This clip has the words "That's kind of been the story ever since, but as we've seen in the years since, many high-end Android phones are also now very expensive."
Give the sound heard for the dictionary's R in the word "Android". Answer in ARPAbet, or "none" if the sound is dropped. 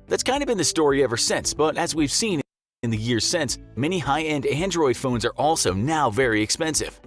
R